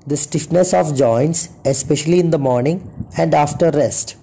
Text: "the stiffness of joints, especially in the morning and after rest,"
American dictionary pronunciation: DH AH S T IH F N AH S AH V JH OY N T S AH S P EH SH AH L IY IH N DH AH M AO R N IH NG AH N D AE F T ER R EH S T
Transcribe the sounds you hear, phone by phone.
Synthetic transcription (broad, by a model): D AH S T IH F N AH S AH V JH OY N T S AH S P EH SH AH L IY IH N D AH M AO R N IH NG AH N D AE F T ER R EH S T